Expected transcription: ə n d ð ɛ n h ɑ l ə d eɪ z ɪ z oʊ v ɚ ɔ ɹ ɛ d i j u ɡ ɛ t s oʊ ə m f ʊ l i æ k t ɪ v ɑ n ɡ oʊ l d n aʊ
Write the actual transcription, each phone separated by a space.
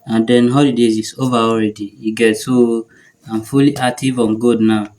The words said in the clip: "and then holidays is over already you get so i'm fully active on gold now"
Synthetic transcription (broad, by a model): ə n d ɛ n h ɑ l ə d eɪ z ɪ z oʊ v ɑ ɔ ɹ ɛ d i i ɡ ɛ t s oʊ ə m f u l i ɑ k t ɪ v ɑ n ɡ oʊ d n aʊ